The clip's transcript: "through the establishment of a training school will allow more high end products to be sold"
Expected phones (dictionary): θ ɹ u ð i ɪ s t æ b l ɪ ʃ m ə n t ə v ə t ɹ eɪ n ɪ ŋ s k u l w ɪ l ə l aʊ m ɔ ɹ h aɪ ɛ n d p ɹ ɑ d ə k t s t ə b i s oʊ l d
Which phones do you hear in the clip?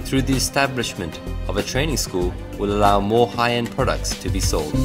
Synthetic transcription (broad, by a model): θ ɹ u ð i ɪ s t æ b l ɪ ʃ m ə n t ə v ə t ɹ eɪ n ɪ ŋ s k u l w ɪ l ə l aʊ m ɔ ɹ h aɪ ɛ n p ɹ ɑ d ə k t s t ə b i s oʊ l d